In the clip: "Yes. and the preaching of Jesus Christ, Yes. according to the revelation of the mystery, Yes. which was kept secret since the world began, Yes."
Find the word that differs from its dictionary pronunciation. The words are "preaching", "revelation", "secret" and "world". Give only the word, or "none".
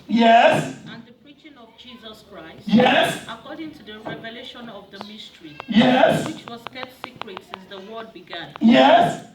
world